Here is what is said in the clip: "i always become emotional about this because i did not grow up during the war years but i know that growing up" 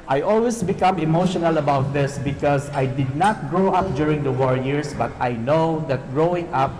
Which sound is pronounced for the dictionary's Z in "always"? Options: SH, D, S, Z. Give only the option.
S